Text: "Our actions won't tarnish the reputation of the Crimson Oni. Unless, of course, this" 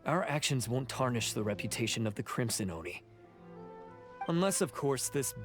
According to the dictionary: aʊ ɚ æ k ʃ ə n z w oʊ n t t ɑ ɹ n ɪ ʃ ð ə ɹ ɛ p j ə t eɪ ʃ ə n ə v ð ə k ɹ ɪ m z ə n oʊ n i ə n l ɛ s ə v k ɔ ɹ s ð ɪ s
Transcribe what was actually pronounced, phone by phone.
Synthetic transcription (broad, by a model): aʊ ɚ æ k ʃ ə n z w oʊ n t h ɑ ɹ n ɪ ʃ ð ə ɹ ɛ p j ə t eɪ ʃ ə n ə v ð ə k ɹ ɪ m s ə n oʊ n i ə n l ɛ s ə v k ɔ ɹ s ð ɪ s